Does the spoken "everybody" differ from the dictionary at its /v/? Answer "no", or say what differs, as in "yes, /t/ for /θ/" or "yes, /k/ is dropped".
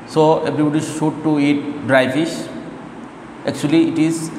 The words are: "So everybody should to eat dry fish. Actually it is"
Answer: yes, /b/ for /v/